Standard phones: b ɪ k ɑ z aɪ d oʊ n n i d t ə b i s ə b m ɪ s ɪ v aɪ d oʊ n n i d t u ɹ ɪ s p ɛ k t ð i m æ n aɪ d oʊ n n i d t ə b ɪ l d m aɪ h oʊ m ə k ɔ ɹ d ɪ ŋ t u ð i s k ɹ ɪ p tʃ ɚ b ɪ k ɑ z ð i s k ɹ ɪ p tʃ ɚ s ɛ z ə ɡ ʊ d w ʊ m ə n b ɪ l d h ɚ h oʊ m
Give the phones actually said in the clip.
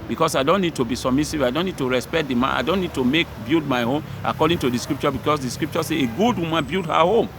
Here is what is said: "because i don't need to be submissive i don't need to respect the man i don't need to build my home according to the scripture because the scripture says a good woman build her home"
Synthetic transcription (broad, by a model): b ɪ k ɑ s aɪ d oʊ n n i d t ə b i s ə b m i s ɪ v aɪ d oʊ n n i d t u ɹ ɪ s p ɛ k t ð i m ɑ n aɪ d oʊ n n i d t ə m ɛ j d m aɪ h oʊ m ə k ɔ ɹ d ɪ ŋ t u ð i s k ɹ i p tʃ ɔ b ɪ k ɑ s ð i s k ɹ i p tʃ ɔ s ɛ ə ɡ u d w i m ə n b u d h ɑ h oʊ m